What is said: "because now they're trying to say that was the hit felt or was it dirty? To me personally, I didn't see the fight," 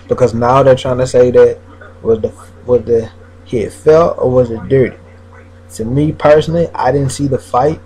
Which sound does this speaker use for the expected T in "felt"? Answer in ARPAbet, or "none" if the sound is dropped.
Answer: none